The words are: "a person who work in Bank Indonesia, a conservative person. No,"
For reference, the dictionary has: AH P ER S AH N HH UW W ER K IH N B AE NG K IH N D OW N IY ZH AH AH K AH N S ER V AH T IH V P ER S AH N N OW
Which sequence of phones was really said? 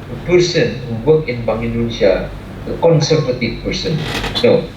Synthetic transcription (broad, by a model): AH P ER S AH N HH UW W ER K IH N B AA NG IH N D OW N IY S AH AH K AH N S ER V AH T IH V P ER S AH N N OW